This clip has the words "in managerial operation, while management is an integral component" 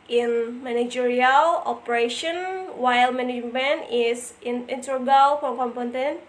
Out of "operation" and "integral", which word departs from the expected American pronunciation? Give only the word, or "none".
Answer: integral